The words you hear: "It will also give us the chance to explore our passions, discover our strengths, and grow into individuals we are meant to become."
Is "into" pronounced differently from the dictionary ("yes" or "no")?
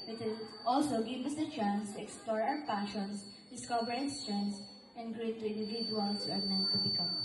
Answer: yes